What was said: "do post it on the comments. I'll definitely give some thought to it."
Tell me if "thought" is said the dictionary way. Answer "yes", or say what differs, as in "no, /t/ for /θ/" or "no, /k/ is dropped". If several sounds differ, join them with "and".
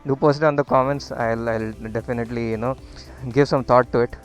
no, /t/ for /θ/